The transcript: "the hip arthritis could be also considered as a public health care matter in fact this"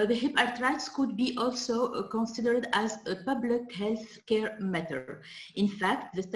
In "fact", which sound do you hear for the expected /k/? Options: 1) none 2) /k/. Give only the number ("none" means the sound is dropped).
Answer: 2